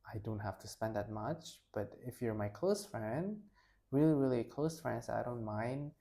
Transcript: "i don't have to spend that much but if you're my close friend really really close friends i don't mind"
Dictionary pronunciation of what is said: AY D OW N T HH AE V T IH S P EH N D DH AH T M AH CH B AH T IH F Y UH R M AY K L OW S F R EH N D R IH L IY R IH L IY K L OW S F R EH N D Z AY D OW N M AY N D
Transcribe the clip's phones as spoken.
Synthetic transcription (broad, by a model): AY D OW N T HH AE F T IH S P EH N D DH AH T M AH CH B AH T IH F Y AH R M AY K L OW S F R EH N D R IH L IY R IH L IY K L OW S F R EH N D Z AY D OW N M AY N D